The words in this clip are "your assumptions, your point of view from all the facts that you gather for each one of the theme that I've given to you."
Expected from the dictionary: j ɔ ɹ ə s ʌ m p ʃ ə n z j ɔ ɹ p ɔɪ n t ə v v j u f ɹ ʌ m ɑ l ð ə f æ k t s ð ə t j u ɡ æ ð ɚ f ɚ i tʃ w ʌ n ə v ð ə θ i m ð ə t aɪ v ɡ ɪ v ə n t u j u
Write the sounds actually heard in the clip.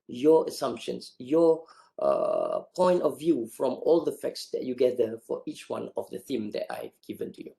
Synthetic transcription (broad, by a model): j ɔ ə s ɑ m p ʃ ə n s j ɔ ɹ p ɔɪ n t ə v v j u f ɹ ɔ m ɑ l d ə f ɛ k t s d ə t j u ɡ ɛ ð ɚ f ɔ i tʃ w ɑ n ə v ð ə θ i m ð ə t aɪ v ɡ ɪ v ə n t u j u